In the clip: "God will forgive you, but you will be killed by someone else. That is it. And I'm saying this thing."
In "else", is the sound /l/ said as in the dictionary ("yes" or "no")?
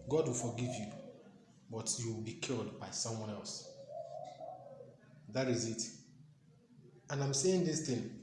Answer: yes